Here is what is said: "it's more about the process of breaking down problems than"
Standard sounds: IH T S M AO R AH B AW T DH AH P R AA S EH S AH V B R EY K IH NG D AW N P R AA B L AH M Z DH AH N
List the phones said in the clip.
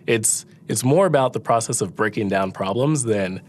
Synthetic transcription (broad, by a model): IH T S M AO R AH B AW T DH AH P R AA S EH S AH V B R EY K IH NG D AW N P R AA B L AH M Z DH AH N